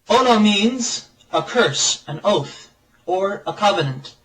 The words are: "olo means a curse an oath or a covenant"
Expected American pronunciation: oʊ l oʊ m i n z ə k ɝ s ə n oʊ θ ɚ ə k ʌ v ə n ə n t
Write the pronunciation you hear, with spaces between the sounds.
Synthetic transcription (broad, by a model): oʊ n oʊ m i n z ə k ɝ s ə n oʊ θ ɚ ə k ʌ v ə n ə n t